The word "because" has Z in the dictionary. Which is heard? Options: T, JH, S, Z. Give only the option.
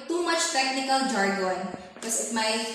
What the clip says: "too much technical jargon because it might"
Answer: S